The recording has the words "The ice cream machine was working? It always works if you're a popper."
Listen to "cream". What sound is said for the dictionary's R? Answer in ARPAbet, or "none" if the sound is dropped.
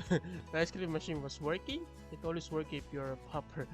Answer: L